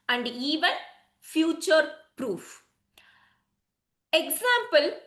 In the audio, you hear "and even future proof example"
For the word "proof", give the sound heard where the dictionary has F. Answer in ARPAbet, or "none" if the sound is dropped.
F